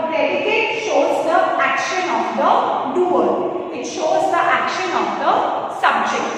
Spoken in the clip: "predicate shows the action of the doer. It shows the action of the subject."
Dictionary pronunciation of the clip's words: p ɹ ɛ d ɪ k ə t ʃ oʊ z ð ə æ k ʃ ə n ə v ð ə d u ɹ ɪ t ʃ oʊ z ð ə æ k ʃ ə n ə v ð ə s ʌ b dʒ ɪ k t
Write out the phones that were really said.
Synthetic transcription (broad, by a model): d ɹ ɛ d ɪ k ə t ʃ oʊ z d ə æ k ʃ ə n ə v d ə d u l ɪ t ʃ oʊ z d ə æ k ʃ ə n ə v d ə s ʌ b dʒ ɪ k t